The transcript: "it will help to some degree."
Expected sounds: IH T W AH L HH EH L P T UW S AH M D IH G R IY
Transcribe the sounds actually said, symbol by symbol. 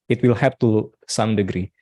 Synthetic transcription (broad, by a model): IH T W AH L HH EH P T UW S AH M D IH G R IY